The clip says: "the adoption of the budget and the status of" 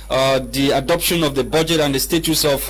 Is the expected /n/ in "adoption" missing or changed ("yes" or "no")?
no